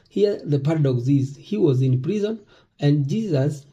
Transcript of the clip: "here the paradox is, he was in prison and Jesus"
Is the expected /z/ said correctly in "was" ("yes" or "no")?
yes